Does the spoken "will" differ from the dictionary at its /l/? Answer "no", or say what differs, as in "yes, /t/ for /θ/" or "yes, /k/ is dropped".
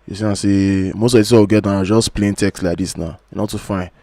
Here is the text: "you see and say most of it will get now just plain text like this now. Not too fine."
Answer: yes, /w/ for /l/